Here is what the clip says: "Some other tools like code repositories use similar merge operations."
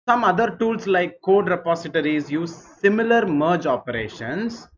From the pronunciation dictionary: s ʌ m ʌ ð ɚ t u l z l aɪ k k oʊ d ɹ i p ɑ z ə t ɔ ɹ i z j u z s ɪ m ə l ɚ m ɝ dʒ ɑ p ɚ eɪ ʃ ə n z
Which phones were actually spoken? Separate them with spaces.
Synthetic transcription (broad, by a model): s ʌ m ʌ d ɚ t u l s l aɪ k k oʊ d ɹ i p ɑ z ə t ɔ ɹ i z j u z s ɪ m ə l ɚ m ɝ dʒ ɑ p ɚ eɪ ʃ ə n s